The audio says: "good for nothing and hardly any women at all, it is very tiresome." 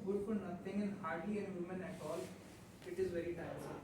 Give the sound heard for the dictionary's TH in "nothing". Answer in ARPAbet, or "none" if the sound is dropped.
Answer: T